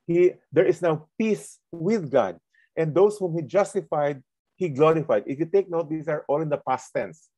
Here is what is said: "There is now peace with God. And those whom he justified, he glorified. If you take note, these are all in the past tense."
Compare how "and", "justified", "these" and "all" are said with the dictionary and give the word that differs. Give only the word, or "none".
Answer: these